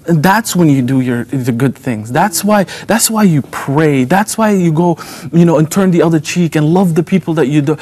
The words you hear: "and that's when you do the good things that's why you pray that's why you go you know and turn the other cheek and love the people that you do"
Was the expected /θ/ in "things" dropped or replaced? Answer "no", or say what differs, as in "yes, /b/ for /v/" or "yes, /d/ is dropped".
no